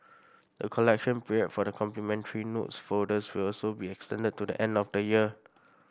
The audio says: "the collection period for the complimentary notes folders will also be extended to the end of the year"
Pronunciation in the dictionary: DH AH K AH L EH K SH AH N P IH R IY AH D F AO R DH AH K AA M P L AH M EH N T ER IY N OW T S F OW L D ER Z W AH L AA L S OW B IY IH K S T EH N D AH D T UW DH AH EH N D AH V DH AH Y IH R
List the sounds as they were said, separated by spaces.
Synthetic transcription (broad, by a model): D AH K AH L EH K SH AH N P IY R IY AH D F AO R AH K AA M P L AH M EH N T ER IY N OW T S F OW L D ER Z W AH L AA L S OW B IY IH K S T EH N D AH D T UW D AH EH N D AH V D AH Y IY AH